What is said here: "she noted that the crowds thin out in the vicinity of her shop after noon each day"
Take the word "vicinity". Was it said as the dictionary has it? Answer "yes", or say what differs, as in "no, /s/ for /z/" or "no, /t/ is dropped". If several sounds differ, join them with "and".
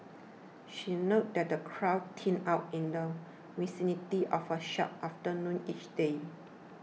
no, /w/ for /v/